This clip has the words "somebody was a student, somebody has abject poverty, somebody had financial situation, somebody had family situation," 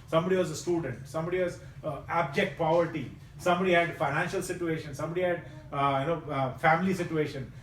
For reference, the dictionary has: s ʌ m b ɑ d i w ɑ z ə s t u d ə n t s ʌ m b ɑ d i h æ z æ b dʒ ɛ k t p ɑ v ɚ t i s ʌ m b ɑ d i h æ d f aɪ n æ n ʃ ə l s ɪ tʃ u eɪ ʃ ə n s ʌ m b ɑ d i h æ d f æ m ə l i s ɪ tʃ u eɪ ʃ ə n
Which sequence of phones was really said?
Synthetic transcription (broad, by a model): s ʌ m b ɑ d i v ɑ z ə s t u d ə n t s ʌ m b ɑ d i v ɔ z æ b dʒ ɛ k t p ɑ v ɚ t i s ʌ m b ɑ d i h æ d f aɪ n æ n ʃ ə l s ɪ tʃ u eɪ ʃ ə n s ʌ m b ɑ d i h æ d f æ m ə l i s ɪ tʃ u eɪ ʃ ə n